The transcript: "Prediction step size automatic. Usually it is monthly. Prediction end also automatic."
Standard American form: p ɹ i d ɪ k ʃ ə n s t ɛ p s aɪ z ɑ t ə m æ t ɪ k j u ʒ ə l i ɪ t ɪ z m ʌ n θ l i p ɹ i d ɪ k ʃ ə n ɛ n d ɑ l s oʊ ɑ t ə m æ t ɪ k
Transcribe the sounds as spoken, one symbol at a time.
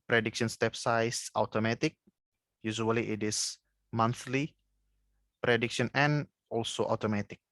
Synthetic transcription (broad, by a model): p ɹ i d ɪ k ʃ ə n s t ɛ p s aɪ s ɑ t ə m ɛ t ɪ k j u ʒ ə l i ɪ t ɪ s m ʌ n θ l i p ɹ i d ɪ k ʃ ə n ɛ n ɑ l s oʊ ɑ t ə m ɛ t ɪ k